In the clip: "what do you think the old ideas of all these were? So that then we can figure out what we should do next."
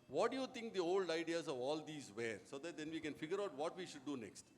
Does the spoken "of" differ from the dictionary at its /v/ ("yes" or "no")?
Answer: no